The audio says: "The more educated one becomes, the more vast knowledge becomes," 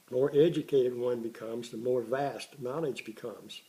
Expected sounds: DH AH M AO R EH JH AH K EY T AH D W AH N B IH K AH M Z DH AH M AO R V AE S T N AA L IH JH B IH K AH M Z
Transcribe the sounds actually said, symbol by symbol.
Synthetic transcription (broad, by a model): M AO R EH JH AH K EY T AH D W AH N B IH K AH M Z DH AH M AO R V AE S T N AA L IH JH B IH K AH M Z